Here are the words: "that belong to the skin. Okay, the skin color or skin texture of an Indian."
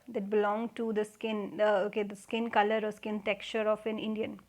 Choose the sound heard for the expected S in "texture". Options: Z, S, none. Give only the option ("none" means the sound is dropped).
none